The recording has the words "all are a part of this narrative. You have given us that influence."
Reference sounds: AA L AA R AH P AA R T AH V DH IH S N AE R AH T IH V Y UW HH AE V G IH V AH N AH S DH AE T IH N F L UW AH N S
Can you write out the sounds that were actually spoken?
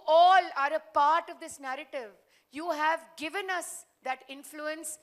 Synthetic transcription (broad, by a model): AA L AA R AH P AA R T AH V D IH S N AE R AH T IH V Y UW HH AE V G IH V AH N AH S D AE T IH N F L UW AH N S